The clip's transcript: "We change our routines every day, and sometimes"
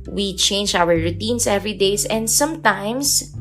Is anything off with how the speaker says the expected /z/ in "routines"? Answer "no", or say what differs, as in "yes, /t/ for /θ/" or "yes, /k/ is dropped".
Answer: yes, /s/ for /z/